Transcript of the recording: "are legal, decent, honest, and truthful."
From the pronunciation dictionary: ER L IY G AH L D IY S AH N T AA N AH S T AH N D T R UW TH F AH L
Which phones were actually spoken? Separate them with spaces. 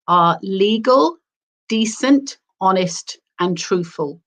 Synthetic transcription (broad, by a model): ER L IY G AH L D IY S AH N T AA N AH S T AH N T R UW TH F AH L